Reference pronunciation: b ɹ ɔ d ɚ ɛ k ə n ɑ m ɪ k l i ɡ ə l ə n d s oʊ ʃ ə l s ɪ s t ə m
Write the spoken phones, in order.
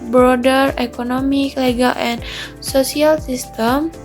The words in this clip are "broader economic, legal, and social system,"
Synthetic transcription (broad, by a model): b ɹ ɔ d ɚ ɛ k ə n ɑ m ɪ k l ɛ ɡ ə l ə n s oʊ s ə l s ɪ s t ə m